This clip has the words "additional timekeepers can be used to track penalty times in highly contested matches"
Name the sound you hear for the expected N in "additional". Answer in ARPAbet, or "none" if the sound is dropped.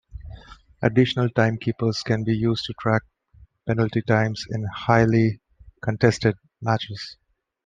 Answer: N